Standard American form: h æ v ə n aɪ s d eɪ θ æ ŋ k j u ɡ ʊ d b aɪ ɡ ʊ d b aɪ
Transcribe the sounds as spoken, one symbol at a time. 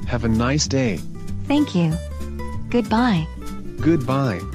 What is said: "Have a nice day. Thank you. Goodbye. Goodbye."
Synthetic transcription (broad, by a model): h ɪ v ə n aɪ s d eɪ θ æ ŋ k j u ɡ ʊ d b aɪ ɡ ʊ d b aɪ